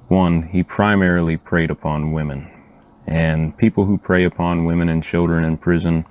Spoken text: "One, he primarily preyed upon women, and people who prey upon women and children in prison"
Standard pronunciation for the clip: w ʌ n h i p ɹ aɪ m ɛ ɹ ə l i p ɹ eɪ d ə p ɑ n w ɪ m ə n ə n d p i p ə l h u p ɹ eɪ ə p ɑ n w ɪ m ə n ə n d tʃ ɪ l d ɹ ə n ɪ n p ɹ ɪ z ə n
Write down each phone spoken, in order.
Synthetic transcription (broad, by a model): w ʌ n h i p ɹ aɪ m ɛ ɹ l i p ɹ eɪ d ə p ɑ n w ɪ m ə n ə n p i p l h u p ɹ eɪ ə p ɑ n w ɪ m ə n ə n tʃ ɪ l d ɹ ə n ɪ n p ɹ ɪ z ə n